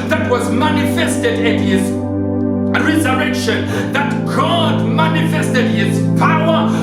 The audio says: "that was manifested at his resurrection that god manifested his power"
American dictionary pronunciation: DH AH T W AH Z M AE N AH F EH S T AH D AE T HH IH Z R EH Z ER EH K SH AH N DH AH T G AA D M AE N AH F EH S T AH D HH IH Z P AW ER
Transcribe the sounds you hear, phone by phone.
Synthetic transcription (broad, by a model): DH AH T W AH Z M AE N AH F EH S T AH D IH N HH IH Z R EH Z ER EH K SH AH N DH AH T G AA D M AE N AH F EH S T AH D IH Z P AW ER